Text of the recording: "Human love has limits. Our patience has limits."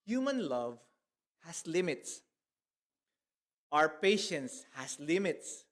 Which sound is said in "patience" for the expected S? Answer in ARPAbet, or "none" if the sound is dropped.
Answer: S